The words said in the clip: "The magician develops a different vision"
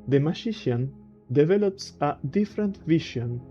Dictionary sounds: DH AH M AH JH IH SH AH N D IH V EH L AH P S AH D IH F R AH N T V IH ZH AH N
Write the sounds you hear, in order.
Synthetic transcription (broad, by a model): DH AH M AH SH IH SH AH N D IH V EH L AH P S AH D IH F R AH N T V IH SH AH N